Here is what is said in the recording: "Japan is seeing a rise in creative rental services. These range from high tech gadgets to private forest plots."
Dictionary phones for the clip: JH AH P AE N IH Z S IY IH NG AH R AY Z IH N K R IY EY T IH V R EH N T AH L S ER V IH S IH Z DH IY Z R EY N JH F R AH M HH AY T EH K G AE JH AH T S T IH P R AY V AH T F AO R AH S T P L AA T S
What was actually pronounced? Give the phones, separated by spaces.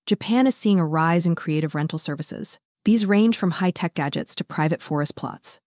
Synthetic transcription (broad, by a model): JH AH P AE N IH Z S IY IH NG AH R AY Z IH N K R IY EY T IH V R EH N T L S ER V IH S IH Z DH IY Z R EY N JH F R AH M HH AY T EH K G AE JH AH T S T IH P R AY V AH T F AO R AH S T P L AA T S